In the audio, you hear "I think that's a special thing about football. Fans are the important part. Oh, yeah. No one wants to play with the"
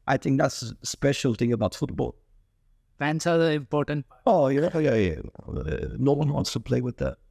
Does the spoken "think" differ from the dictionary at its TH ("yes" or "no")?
no